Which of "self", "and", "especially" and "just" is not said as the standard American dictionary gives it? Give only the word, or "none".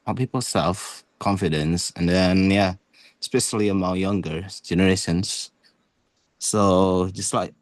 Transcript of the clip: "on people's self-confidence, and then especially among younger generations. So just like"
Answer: none